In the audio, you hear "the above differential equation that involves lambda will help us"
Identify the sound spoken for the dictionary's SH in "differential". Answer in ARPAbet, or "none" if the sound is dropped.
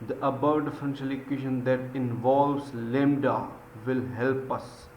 S